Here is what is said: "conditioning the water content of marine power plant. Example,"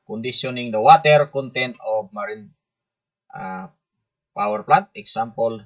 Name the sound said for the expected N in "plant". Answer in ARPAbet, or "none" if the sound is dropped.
none